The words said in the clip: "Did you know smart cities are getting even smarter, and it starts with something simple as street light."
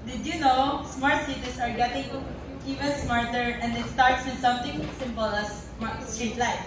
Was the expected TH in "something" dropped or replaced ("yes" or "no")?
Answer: yes